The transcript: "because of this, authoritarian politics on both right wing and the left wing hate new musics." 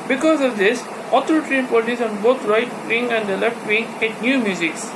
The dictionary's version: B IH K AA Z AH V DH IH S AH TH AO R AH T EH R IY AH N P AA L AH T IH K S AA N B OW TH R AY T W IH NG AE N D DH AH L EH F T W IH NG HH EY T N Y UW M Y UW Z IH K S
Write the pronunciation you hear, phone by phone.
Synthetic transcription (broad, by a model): B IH K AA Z AH V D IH S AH T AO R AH T R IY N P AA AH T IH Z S AA N B OW T R AY T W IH NG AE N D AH L EH F T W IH NG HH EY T N Y UW M Y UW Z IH K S